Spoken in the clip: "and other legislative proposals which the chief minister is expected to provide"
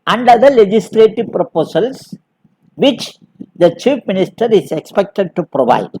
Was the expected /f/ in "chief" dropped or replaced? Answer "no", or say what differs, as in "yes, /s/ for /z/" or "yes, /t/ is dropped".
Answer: yes, /p/ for /f/